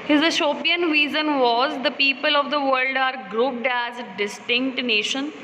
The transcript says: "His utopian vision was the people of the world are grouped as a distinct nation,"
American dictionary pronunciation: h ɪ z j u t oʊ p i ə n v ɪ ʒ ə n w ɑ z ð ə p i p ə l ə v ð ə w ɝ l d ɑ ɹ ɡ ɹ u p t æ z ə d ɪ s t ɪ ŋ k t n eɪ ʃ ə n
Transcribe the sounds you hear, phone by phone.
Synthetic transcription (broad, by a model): h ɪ z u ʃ oʊ p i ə n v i z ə n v ɑ z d ə p i p ə l ə v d ə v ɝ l d ɑ ɹ ɡ ɹ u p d æ z d ɪ s t ɪ ŋ k t n eɪ ʃ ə n